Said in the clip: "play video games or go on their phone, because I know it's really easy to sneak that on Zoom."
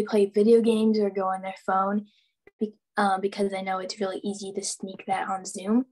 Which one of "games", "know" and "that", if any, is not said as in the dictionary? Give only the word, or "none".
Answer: none